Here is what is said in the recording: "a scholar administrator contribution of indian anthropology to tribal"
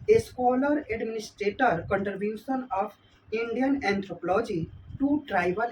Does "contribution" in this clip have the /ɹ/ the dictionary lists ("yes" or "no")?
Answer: no